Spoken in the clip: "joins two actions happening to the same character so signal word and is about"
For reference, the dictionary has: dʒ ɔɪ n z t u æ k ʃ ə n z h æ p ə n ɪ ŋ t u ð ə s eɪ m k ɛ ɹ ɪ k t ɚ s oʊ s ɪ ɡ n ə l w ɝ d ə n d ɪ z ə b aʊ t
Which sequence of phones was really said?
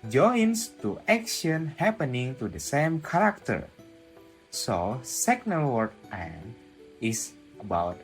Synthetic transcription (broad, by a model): dʒ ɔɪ n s t u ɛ k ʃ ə n h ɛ p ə n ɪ ŋ t u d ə s eɪ m k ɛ ɹ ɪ k t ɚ s oʊ s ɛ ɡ n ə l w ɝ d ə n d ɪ s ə b aʊ t